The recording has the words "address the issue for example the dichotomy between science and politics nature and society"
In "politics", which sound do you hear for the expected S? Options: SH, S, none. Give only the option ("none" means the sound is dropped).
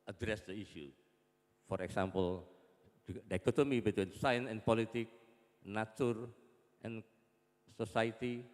none